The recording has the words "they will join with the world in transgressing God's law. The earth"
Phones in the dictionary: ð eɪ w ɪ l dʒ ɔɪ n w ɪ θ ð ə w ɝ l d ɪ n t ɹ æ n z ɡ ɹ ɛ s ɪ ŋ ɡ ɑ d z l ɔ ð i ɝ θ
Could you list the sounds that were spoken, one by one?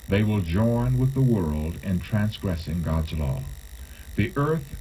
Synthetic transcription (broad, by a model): ð eɪ w ɪ l dʒ ɔɪ n w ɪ ð ə w ɝ l d ɪ n t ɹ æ n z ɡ ɹ ɛ s ɪ ŋ ɡ ɑ d z l ɔ ð i ɝ θ